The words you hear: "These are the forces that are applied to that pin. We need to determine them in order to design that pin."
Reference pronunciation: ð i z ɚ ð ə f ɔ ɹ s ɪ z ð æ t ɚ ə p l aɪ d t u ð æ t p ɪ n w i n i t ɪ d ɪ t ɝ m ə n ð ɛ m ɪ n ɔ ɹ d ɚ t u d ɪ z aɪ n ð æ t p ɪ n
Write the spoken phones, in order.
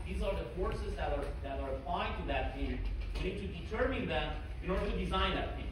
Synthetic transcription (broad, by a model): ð i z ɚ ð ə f ɔ ɹ s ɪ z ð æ t ɚ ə p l aɪ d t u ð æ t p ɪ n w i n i t ɪ d ɪ t ɝ m ə n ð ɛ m ɪ n ɔ ɹ d ɚ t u d ɪ z aɪ n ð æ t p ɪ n